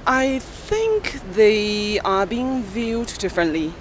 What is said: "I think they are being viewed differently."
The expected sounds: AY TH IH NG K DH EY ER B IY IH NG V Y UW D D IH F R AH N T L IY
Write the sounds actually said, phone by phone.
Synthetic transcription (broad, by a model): AY TH IH NG K DH EY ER B IY IH NG V Y UW D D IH F R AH N T L IY